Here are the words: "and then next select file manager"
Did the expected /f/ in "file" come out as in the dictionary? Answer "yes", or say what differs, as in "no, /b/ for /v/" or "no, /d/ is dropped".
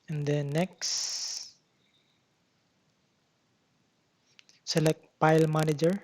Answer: no, /p/ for /f/